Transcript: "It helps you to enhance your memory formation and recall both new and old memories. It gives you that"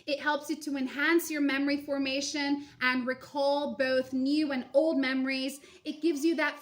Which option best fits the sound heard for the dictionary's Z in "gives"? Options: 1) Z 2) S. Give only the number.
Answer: 1